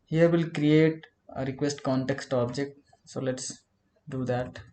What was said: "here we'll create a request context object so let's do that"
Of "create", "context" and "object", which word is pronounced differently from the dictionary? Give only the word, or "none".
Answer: none